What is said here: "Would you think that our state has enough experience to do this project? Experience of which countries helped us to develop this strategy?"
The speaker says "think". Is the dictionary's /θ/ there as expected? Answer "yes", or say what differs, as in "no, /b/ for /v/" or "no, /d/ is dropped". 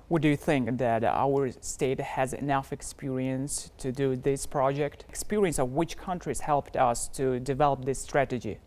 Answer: yes